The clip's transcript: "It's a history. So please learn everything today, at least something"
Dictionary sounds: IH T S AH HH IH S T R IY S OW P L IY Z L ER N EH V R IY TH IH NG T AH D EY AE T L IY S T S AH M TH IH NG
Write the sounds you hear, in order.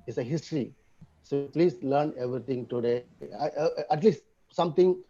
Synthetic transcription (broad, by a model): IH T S AH HH IH S T R IY S OW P L IY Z L ER N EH V R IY T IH NG T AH D EY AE T L IY S T S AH M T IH NG